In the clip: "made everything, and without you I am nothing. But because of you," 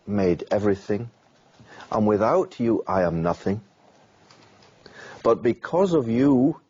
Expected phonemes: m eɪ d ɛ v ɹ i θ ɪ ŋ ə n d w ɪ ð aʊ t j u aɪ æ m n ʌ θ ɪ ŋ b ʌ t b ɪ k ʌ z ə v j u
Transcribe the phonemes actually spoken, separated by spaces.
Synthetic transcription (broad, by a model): m eɪ d ɛ v ɹ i θ ɪ ŋ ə n w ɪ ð aʊ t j aɪ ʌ m n ʌ θ ɪ ŋ b ʌ t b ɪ k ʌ z ə v j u